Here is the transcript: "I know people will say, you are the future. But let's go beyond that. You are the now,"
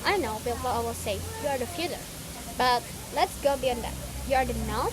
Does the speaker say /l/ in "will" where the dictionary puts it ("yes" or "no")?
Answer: no